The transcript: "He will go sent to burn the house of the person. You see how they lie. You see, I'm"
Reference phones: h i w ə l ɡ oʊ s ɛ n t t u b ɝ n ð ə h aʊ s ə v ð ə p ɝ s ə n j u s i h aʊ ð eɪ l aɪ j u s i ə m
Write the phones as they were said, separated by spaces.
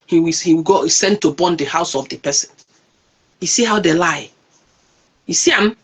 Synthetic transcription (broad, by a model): h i w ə w ɡ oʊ s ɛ n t t u b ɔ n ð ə h aʊ s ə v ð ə p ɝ s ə n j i s i h aʊ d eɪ l aɪ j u s i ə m